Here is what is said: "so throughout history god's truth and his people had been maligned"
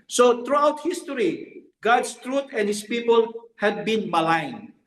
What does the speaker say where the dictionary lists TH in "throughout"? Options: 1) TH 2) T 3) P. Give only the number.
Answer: 2